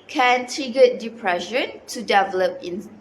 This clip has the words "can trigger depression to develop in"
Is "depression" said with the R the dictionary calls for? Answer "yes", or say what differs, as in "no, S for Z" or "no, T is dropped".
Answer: yes